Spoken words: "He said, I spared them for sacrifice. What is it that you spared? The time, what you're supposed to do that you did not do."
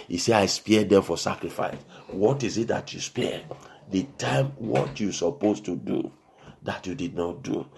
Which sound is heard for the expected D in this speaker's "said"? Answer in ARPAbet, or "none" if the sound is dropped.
none